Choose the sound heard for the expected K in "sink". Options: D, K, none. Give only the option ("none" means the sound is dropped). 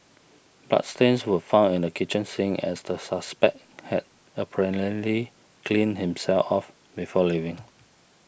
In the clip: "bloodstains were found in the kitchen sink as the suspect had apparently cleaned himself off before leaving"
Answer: none